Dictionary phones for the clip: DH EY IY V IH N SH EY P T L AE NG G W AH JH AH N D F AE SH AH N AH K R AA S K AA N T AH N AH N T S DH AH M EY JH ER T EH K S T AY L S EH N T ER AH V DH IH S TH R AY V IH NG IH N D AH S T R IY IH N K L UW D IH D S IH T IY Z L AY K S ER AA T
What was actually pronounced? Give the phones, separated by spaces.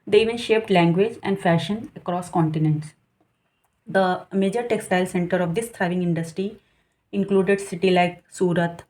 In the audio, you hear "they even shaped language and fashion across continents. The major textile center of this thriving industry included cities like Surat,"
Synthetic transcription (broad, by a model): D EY IY V IH N SH EY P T L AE NG G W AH JH AH N D F AE SH AH N AH K R AA S K AA N T AH N AH N T S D AH M EY JH ER T EH K S T AY L S EH N T ER AH V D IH S T R AY V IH NG IH N D AH S T R IY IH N K L UW D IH D S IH T IY L AY K S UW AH T